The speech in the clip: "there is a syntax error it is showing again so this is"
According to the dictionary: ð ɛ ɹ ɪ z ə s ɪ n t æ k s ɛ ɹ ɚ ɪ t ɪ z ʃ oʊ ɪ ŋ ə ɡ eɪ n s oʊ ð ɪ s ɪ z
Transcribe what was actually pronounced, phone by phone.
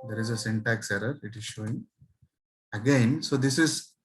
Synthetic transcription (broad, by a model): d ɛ ɹ ɪ z ə s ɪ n t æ k s ɛ ɹ ɚ ɪ t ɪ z ʃ oʊ ɪ ŋ ə ɡ eɪ n s oʊ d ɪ s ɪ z